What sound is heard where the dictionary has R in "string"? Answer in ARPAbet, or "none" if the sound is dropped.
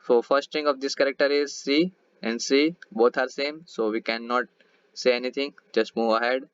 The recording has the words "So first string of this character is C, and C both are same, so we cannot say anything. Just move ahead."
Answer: none